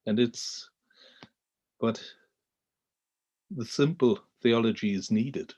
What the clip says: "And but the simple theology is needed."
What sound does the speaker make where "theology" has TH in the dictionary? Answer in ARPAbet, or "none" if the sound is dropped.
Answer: TH